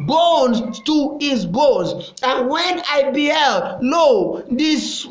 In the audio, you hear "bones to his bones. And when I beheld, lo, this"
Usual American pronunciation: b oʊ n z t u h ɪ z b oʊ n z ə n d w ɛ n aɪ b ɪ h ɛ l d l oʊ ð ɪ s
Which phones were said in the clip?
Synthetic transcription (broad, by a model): b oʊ n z t u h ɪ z b oʊ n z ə n w ɛ n aɪ b ɪ h ɛ l d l oʊ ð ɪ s